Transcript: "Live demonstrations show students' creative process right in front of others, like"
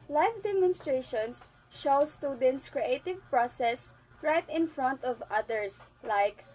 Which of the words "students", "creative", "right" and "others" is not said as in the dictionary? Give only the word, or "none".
others